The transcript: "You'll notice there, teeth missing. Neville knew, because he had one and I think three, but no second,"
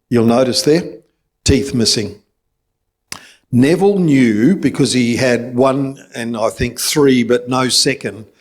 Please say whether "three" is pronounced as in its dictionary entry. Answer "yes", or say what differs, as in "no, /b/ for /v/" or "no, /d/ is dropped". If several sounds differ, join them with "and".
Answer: yes